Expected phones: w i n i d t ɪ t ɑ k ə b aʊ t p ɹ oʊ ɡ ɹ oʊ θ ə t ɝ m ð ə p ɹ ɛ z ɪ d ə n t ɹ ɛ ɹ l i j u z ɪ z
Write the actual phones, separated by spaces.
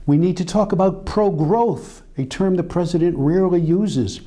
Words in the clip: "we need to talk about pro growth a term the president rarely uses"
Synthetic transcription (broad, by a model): w i n i d t ɪ t ɑ k ə b aʊ t p ɹ oʊ ɡ ɹ oʊ θ ə t ɝ m ð ə p ɹ ɛ z ɪ d ə n t ɹ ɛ ɹ l i j u z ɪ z